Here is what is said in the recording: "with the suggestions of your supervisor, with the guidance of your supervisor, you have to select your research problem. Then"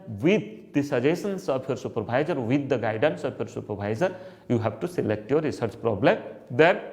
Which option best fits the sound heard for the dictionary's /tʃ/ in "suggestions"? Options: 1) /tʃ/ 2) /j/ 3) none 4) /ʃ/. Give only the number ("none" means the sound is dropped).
3